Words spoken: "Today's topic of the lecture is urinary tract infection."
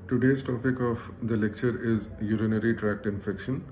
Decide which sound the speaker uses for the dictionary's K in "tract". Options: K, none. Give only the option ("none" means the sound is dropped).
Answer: K